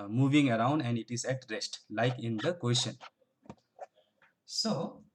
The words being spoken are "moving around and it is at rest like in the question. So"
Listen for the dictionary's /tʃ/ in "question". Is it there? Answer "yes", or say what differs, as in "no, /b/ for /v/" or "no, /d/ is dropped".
no, /ʃ/ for /tʃ/